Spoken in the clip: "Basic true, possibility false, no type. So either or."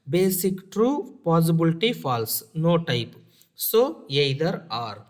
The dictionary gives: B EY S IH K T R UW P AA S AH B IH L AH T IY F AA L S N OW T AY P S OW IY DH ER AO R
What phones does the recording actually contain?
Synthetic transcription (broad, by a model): B EY S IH K T R UW P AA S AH B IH L T IY F AA L S N OW T AY P S OW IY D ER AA R